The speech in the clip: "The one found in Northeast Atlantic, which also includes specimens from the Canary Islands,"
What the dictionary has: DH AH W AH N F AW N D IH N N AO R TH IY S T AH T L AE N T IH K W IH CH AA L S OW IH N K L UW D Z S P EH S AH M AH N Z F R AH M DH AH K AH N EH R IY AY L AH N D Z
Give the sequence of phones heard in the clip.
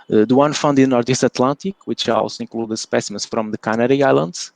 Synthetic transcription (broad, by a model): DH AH W AH N F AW N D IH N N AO R T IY S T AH T L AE N T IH K W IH CH AA L S OW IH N K L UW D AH S P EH S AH M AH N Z F R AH M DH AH K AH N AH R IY AY L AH N D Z